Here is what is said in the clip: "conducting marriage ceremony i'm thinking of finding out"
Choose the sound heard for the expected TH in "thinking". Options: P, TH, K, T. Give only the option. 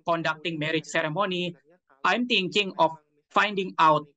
T